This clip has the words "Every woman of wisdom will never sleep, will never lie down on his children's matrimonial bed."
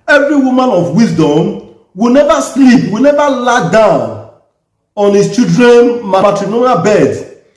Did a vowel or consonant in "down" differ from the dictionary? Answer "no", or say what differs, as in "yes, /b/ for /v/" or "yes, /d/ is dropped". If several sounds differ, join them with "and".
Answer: no